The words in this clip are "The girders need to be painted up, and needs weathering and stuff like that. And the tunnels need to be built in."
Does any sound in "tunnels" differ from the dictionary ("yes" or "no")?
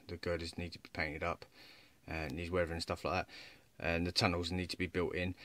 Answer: no